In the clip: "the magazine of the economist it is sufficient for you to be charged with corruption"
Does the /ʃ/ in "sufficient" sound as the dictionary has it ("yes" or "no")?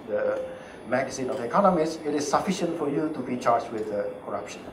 yes